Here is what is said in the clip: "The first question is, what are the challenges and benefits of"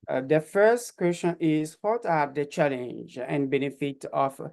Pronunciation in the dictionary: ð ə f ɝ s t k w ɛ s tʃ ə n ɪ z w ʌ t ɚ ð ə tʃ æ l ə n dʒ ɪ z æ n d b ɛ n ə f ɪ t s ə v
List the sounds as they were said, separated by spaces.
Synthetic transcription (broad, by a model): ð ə f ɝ s t k w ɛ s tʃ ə n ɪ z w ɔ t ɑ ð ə tʃ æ l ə n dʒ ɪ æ n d b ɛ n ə f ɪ t ə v